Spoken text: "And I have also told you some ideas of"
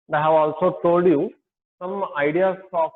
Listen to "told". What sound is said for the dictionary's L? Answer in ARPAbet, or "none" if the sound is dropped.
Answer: none